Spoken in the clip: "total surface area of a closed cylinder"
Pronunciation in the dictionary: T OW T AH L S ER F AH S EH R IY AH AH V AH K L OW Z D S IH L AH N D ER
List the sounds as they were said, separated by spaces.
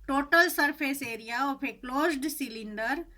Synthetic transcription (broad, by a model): T OW T AH L S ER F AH S EH R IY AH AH P AH K L OW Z D S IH L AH N D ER